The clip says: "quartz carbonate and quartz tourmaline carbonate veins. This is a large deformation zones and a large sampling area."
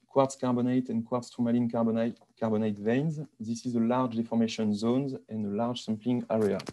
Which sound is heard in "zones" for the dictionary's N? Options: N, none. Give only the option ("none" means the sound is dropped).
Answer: N